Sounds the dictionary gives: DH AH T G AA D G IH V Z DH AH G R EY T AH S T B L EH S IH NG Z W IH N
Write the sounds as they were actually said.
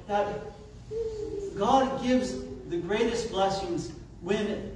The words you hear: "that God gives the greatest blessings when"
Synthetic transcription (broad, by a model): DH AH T G AA D G IH V Z DH AH G R EY T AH S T B L EH S IH NG Z W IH N